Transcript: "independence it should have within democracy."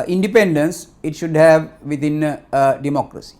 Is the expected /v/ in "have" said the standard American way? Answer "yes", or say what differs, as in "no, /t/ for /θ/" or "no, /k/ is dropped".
yes